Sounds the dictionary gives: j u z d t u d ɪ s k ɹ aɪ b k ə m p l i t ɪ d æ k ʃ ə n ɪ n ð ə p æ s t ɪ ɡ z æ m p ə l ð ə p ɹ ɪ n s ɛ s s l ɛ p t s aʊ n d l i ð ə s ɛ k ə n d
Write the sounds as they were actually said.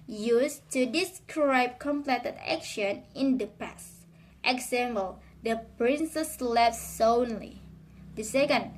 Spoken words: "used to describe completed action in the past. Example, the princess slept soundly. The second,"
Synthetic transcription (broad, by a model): j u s t u d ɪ s k ɹ aɪ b k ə m p l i t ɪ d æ k ʃ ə n ɪ n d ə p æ s t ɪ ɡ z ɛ m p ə l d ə p ɹ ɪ n s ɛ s s l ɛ f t s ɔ n l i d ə s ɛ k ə n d